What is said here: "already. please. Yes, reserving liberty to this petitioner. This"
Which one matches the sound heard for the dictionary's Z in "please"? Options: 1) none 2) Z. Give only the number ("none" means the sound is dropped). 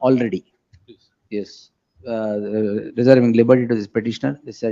1